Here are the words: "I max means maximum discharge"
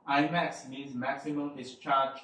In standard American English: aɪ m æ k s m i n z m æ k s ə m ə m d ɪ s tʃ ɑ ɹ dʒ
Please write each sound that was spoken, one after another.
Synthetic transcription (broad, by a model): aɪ m æ k s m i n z m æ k s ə m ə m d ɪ s tʃ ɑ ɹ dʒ